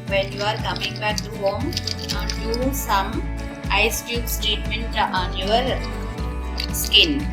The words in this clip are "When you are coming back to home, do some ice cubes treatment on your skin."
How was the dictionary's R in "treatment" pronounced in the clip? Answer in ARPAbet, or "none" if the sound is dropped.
none